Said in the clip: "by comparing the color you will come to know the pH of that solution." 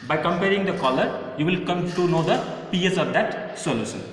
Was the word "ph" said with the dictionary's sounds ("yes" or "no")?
no